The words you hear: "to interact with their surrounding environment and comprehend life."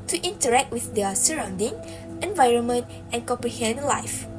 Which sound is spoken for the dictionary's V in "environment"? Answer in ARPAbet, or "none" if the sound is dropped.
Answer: V